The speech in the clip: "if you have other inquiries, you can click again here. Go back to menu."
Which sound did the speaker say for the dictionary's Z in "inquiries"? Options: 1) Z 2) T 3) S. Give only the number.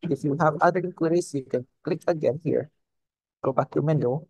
3